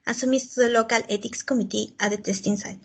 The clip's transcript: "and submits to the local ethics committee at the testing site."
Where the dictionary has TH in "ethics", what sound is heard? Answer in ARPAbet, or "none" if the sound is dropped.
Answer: T